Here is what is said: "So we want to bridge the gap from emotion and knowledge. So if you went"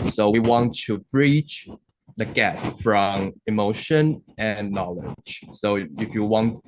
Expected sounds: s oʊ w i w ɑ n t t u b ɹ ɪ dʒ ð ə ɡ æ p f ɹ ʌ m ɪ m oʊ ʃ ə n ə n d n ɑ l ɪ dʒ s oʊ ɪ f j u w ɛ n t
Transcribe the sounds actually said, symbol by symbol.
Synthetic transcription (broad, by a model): s oʊ w i w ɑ n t t u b ɹ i tʃ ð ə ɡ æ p f ɹ ʌ m ɪ m oʊ ʃ ə n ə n n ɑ l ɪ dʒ s oʊ ɪ f j u w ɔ n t